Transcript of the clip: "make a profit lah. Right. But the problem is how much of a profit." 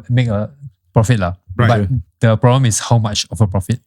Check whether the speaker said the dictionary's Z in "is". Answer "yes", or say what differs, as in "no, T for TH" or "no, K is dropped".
no, S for Z